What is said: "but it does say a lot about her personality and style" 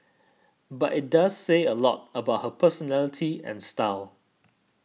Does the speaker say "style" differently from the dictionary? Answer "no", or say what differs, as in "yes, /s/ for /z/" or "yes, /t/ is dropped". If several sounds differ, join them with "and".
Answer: no